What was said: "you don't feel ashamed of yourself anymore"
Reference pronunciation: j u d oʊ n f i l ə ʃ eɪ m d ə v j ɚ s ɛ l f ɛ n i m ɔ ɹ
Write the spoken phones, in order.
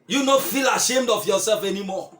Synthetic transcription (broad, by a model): j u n oʊ f i l ə ʃ eɪ m d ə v j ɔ s ɛ l f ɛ n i m ɔ